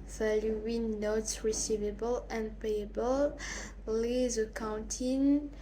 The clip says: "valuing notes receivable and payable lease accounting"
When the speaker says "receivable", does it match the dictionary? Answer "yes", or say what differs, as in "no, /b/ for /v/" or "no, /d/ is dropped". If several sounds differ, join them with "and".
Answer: yes